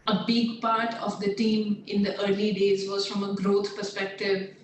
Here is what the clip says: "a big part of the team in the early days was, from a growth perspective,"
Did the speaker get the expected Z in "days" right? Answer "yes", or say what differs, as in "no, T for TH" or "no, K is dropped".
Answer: yes